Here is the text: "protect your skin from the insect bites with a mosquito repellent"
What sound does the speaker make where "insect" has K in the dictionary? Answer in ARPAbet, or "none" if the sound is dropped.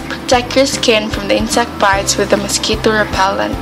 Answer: K